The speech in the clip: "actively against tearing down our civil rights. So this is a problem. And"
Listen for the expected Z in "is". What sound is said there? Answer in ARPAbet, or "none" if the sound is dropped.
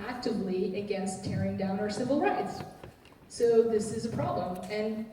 Z